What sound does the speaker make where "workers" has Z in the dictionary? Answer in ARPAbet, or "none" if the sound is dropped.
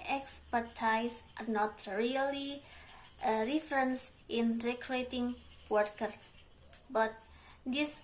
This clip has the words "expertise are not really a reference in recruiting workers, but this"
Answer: none